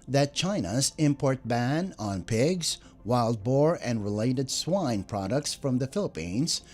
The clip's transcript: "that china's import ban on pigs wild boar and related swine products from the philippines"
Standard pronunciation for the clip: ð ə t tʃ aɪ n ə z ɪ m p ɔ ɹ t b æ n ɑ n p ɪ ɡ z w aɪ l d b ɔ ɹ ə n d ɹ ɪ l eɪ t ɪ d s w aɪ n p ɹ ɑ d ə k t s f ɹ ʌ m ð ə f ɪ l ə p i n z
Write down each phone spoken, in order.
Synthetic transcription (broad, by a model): ð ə t tʃ aɪ n ə z ɪ m p ɔ ɹ t b æ n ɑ n p ɪ ɡ z w aɪ l d b ɔ ɹ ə n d ɹ ɪ l eɪ t ɪ d s w aɪ n p ɹ ɑ d ə k t s f ɹ ʌ m ð ə f ɪ l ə p i n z